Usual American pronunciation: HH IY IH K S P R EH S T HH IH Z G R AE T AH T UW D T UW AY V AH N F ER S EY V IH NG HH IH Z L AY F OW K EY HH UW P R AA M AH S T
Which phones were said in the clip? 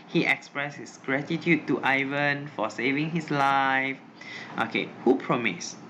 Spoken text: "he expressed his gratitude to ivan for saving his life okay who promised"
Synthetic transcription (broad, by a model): HH IY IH K S P R EH S HH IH S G R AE T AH T UW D T UW AY V AH N F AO S EY V IH NG HH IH S L AY F OW K EY HH UW P R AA M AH S